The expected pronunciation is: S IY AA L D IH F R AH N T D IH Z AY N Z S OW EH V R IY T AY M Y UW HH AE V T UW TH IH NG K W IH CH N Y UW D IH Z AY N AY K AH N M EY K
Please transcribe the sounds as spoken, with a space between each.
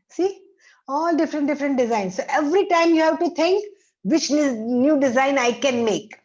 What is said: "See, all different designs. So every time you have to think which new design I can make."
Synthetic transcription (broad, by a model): S IY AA L D IH F R AH N T D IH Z AY N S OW EH V R IY T AY M Y UW HH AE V T UW T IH NG K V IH CH N Y UW D IH Z AY N AY K AH N M EY K